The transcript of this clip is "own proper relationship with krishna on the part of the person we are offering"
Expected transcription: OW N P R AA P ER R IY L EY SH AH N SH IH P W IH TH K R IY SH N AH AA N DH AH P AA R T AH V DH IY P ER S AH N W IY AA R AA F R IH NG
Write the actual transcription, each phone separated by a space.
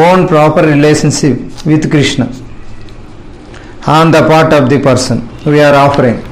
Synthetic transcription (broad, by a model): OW N P R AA P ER R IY L EY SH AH N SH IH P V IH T K R IY SH N AH AA N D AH P AA R T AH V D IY P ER S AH N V IY AA R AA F R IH NG